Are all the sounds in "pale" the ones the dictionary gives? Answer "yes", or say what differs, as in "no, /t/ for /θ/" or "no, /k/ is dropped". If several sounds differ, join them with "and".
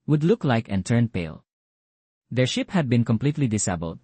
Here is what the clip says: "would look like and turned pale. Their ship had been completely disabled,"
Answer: yes